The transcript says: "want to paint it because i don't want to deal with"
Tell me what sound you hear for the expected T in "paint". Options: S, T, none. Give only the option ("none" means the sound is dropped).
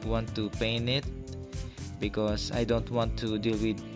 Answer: none